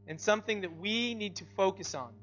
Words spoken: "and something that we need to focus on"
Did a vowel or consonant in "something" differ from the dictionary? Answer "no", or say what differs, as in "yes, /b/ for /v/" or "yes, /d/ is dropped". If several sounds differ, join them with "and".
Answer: no